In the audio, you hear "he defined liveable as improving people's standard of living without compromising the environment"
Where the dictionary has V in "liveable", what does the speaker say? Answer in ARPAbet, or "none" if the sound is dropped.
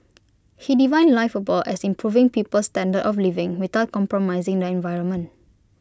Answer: F